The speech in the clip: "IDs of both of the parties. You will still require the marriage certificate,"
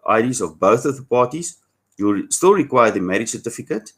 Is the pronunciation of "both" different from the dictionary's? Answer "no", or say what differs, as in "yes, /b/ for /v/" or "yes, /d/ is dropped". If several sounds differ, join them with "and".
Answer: no